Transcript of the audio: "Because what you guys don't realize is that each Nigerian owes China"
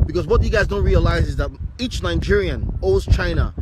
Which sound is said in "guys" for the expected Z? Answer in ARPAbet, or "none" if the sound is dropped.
Z